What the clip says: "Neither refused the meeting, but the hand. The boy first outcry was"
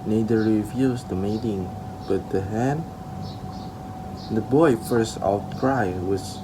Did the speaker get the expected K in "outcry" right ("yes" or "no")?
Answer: no